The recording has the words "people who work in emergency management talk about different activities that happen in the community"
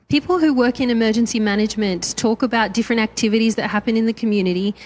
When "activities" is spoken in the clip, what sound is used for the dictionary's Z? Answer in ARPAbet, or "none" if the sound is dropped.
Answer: Z